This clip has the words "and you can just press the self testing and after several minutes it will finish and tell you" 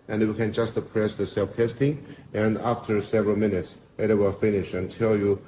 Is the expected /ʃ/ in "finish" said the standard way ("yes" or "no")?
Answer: yes